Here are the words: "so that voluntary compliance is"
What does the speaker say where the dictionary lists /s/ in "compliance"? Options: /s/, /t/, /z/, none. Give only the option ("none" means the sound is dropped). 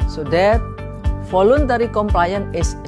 none